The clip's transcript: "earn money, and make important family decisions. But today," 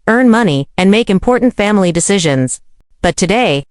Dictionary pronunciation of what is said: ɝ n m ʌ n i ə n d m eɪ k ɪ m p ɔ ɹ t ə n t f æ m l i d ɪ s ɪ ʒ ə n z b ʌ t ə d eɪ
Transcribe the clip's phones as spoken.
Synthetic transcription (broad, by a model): ɝ n m ʌ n i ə n m eɪ k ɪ m p ɔ ɹ t n t f æ m l i d ɪ s ɪ ʒ ə n z b ʌ t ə d eɪ